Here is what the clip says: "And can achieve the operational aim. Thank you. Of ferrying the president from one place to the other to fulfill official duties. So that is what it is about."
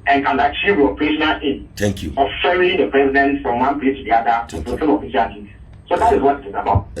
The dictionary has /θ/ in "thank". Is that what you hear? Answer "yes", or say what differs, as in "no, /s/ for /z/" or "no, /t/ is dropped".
no, /t/ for /θ/